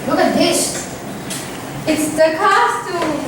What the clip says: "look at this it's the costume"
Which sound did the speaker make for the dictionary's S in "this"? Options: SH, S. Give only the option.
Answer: SH